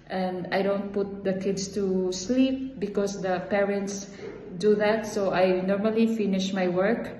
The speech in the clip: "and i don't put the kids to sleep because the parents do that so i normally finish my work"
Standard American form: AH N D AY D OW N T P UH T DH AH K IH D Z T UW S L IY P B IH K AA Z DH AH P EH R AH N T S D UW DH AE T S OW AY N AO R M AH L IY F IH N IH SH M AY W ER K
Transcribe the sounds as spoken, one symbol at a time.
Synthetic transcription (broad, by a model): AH N D AY D OW N T P UH T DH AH K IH D S T UW S L IY P B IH K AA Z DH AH P EH R AH N T S D UW DH AE T S OW AY N AO R M AH L IY F IH N IH SH M AY W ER K